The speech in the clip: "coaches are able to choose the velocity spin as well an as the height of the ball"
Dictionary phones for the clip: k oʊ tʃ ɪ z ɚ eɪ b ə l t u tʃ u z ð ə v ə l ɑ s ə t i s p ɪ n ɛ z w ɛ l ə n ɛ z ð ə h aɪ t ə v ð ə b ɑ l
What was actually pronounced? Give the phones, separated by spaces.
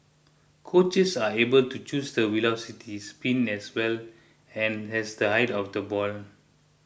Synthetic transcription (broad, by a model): k oʊ tʃ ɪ s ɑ eɪ b ə l t u tʃ u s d ə w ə l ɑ s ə t i s p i n ɛ s w ɛ l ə n ɛ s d ə h aɪ t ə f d ə b ɑ l